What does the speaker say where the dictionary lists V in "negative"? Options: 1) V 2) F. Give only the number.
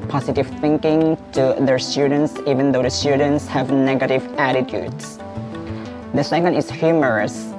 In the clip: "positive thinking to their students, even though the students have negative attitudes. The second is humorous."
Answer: 1